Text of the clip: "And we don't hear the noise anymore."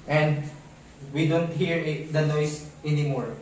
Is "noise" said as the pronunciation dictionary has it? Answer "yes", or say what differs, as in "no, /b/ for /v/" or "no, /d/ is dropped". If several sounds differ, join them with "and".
no, /s/ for /z/